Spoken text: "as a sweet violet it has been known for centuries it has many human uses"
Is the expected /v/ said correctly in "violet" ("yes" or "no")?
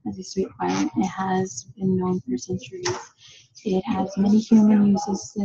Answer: no